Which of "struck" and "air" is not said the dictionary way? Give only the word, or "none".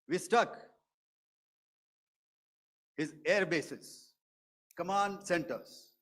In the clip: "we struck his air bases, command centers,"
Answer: struck